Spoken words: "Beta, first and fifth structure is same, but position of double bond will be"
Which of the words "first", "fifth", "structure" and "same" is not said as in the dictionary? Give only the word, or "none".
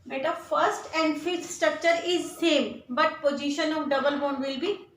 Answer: fifth